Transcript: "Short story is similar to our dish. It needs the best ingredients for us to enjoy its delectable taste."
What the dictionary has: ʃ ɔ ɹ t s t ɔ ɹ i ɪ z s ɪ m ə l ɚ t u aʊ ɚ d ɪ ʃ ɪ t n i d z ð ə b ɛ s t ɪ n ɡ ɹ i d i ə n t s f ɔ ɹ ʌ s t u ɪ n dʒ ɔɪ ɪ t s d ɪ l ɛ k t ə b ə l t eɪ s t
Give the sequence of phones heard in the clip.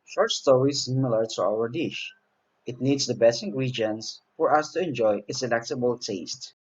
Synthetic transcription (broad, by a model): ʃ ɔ ɹ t s t ɔ ɹ i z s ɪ m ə l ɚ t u aʊ ɚ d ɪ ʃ ɪ t n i d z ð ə b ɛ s ɪ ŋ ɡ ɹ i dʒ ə n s f ɔ ɹ ʌ s t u ɪ n dʒ ɔɪ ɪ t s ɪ l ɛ k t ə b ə l t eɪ s t